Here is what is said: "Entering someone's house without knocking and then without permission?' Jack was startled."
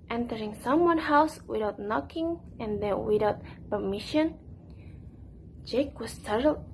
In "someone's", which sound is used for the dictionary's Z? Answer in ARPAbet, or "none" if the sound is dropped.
none